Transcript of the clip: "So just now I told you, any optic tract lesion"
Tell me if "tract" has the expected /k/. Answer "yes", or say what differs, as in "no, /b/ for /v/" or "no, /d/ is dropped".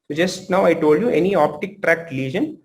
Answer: yes